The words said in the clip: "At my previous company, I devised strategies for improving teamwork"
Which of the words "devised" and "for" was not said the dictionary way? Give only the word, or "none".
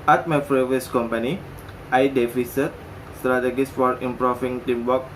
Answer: devised